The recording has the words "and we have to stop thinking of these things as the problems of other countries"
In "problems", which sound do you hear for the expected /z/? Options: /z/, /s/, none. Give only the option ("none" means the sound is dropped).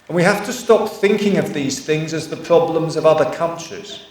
/z/